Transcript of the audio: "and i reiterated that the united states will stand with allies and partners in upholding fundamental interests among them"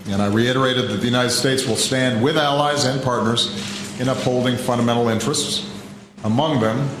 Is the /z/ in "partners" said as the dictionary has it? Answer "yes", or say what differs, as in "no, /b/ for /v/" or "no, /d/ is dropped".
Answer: yes